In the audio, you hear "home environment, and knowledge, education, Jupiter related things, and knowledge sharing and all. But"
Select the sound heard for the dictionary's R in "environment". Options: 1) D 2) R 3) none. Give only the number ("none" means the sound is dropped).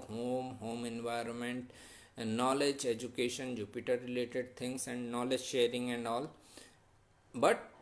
2